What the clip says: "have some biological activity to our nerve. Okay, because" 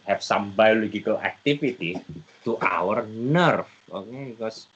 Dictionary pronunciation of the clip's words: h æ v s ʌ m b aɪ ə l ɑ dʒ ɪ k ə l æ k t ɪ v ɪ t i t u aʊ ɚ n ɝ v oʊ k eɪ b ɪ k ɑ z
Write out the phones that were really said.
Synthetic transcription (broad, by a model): h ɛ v s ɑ m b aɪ l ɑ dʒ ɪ k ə l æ k t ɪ f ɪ t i t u aʊ ɚ n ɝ f oʊ k eɪ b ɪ k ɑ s